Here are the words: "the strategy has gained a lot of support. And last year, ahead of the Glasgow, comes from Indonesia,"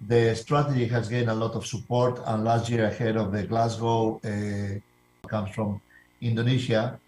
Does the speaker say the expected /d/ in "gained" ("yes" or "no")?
no